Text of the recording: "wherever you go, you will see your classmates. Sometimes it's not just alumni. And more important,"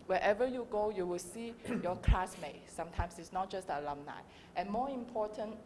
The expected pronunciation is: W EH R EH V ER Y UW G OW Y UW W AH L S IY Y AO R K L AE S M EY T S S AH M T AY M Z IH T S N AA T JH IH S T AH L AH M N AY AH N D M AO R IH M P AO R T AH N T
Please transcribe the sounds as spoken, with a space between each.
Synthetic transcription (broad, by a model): W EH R EH V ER Y UW G OW Y UW W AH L S IY Y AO K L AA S M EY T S S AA M T AY M S IH T S N AA T JH IH S T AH L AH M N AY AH N M AO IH M P AO T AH N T